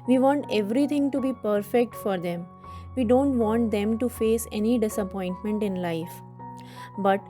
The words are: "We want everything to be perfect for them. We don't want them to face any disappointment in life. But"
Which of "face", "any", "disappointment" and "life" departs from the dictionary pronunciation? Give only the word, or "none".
none